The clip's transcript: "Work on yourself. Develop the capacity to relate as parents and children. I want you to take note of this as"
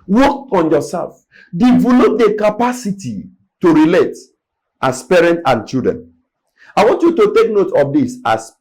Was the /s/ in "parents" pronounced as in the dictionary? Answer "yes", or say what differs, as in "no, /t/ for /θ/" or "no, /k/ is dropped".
no, /s/ is dropped